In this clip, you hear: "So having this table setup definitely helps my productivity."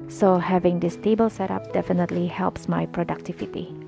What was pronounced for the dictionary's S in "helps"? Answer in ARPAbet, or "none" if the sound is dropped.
S